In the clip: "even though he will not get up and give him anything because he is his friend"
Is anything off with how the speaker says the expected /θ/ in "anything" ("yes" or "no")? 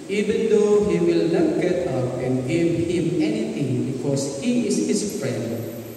yes